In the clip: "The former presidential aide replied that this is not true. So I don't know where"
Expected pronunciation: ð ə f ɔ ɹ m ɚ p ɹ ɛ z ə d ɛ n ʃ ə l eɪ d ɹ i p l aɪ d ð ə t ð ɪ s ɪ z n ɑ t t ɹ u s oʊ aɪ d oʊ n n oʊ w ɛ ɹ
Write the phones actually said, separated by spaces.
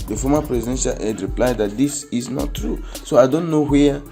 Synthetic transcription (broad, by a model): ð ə f ɔ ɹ m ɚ p ɹ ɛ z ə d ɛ n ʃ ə l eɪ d ɹ i p l aɪ d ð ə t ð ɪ s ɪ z n ɑ t t ɹ u s oʊ aɪ d oʊ n n oʊ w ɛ